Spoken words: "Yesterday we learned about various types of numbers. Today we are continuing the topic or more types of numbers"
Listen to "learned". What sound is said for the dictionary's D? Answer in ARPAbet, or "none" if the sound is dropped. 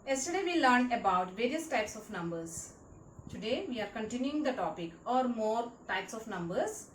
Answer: none